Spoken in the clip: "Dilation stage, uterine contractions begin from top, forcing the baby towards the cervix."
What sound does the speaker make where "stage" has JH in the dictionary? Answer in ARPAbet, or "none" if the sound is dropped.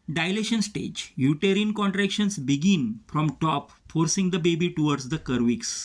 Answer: JH